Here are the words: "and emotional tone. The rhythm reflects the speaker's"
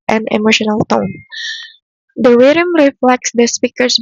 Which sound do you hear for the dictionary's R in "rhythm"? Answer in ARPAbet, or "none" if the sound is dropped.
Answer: W